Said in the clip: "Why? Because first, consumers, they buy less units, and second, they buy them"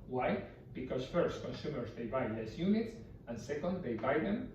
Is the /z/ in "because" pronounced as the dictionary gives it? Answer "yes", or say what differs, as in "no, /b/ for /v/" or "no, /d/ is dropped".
no, /s/ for /z/